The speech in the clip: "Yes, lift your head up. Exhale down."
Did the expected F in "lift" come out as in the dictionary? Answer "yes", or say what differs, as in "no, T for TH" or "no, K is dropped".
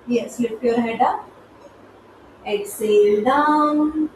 no, P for F